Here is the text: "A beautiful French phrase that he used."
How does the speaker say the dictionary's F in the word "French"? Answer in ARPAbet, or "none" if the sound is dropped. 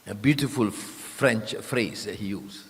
F